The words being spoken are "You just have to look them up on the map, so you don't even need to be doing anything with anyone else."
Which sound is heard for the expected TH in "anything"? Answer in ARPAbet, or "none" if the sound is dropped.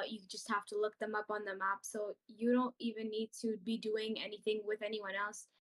TH